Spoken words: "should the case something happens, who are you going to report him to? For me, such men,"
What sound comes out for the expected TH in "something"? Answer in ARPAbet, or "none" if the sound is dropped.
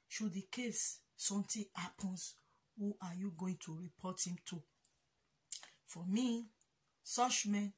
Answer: T